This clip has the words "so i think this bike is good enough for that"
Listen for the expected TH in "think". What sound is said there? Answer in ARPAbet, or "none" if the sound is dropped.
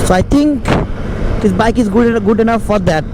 T